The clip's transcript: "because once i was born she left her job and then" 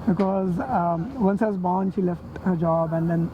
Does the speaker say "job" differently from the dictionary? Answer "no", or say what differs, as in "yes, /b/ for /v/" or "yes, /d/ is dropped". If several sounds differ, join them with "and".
no